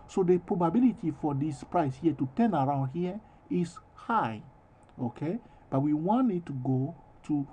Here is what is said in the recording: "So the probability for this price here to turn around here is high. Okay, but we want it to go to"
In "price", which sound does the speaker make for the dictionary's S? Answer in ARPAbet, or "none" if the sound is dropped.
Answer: S